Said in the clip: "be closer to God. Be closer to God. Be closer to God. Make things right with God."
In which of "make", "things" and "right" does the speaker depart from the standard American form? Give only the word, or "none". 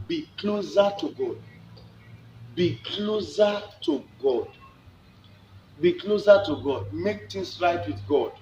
things